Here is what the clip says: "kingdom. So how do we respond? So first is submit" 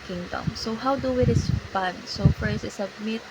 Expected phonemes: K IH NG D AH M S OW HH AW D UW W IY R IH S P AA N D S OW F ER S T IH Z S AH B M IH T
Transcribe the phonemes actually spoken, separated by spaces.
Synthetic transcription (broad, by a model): K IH NG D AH M S OW HH AW D UW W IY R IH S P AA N S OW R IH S IH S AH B M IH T